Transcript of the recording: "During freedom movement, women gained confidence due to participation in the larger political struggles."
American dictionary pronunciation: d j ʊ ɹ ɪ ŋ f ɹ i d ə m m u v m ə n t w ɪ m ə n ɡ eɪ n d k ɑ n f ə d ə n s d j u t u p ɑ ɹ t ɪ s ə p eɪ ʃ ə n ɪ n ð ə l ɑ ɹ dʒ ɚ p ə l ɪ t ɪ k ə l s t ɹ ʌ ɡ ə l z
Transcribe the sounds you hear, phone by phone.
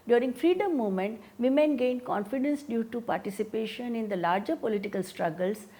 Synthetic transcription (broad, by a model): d j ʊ ɹ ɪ ŋ f ɹ i d ə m m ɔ m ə n t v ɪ m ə n ɡ eɪ n d k ɑ n f ə d ə n s d j u t u p ɑ ɹ t ɪ s ə p eɪ ʃ ə n ɪ n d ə l ɑ ɹ dʒ ɚ p ə l ɪ t ɪ k ə l s t ɹ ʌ ɡ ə l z